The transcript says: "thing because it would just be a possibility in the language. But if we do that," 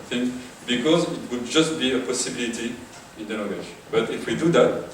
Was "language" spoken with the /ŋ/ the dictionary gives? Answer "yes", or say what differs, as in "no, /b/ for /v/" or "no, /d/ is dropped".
no, /ŋ/ is dropped